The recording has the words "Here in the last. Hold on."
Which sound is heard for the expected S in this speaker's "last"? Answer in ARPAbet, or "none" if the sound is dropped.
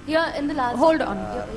none